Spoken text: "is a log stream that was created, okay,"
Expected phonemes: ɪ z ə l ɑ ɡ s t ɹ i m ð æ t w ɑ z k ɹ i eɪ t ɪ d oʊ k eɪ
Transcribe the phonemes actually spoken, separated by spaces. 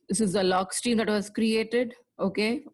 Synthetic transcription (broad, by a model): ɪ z ə l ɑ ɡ s t i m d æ t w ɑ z k ɹ i eɪ t ɪ d oʊ k eɪ